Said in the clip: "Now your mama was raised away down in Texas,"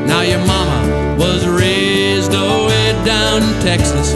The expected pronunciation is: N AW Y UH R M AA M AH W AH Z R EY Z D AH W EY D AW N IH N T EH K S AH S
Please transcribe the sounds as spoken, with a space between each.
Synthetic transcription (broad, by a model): N AW Y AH R M AA M AH W AH Z R EY Z D AH W EY D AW IH N T EH K S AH S